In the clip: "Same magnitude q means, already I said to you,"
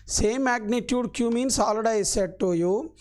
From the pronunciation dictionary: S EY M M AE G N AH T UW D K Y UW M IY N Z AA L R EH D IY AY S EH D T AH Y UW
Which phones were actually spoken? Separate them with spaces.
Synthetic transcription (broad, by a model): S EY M M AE G N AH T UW D K Y UW M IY N S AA L AH D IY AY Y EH T AH Y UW